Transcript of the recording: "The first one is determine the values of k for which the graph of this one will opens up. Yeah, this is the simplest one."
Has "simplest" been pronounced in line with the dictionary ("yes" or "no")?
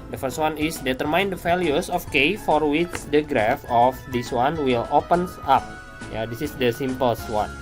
no